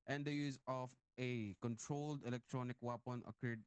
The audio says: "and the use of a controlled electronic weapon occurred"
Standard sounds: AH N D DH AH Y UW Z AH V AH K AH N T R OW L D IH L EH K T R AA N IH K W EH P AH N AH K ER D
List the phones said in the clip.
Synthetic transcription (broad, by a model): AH N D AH Y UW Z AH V AH K AH N T R OW L D IH L EH K T R AA N IH K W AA P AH N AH K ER D